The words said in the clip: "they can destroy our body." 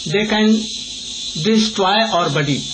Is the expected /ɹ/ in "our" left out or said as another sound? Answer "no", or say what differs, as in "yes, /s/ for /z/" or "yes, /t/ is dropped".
no